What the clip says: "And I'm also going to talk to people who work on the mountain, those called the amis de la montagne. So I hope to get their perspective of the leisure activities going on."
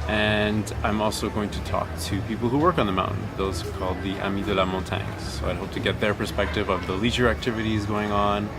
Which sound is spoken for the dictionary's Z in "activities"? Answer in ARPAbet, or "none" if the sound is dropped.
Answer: Z